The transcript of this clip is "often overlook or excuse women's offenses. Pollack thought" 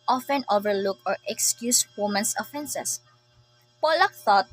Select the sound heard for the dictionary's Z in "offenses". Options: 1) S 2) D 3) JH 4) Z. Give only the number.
1